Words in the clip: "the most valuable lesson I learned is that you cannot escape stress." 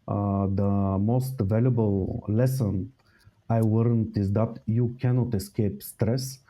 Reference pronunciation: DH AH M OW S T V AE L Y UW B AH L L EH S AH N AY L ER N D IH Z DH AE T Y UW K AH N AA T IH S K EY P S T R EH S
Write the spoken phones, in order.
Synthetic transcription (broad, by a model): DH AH M OW S T V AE L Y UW B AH L L EH S AH N AY W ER N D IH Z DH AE T Y UW K AH N AA T IH S K EY P S T R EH S